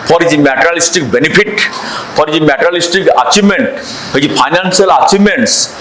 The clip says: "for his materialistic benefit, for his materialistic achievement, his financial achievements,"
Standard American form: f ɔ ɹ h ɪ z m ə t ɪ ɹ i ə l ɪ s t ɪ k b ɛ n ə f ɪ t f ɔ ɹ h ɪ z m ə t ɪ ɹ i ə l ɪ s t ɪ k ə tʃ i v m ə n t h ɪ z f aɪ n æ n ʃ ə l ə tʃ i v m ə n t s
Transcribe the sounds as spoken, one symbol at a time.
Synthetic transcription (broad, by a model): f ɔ ɹ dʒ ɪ m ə t ɹ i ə l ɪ s t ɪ k b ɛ n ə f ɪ t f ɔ ɹ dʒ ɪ m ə t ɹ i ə l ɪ s t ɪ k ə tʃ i m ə n t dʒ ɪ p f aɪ n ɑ n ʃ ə l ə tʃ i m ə n t s